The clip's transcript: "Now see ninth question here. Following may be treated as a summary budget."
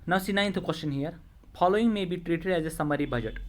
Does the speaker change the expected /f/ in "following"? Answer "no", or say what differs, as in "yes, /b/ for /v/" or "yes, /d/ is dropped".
yes, /p/ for /f/